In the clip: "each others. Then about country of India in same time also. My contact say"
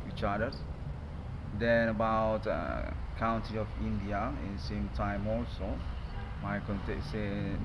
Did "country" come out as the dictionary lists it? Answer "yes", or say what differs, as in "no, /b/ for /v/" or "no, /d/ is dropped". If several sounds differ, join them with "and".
no, /ɹ/ is dropped